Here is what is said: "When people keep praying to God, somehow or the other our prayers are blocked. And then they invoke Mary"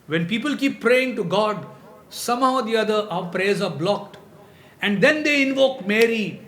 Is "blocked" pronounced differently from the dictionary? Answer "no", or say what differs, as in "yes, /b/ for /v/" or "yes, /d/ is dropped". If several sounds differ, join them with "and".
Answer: no